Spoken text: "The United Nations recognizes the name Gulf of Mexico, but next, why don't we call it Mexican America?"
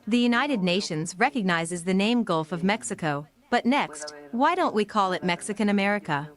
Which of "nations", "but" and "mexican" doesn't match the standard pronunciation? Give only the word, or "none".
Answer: none